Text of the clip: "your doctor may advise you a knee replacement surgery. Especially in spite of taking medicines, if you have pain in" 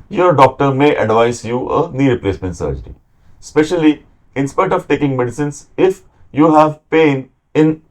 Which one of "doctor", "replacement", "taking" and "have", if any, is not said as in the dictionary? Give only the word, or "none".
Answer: none